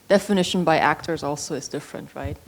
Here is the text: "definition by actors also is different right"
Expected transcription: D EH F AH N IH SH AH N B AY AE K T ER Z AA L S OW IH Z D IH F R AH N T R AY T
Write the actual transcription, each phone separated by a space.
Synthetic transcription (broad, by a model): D EH F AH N IH SH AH N B AY AE K T ER Z AA L S OW IH Z D IH F R AH N T R AY T